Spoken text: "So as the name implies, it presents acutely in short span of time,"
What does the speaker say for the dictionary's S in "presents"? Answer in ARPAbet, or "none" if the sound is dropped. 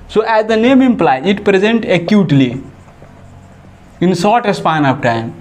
none